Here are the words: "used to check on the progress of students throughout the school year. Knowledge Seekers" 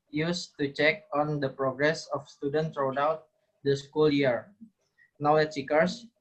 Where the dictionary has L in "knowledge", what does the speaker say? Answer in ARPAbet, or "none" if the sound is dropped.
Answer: W